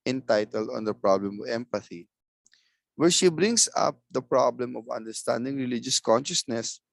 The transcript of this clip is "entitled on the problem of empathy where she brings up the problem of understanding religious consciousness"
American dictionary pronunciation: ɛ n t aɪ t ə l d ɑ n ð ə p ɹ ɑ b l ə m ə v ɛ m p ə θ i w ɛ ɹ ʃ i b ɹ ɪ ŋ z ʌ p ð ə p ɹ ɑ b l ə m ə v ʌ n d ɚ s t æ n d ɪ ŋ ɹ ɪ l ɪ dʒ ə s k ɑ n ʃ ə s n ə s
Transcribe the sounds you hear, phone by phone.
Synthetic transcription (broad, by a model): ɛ n t aɪ t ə l d ɑ n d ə p ɹ ɑ b l ə m ə v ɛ m p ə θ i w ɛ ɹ ʃ i b ɹ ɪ ŋ s ʌ p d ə p ɹ ɑ b l ə m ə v ʌ n d ɚ s t æ n d ɪ ŋ ɹ ɪ l ɪ dʒ ə s k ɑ n ʃ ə s n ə s